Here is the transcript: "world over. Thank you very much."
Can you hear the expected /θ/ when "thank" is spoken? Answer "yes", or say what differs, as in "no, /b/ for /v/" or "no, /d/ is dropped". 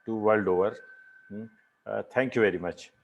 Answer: no, /t/ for /θ/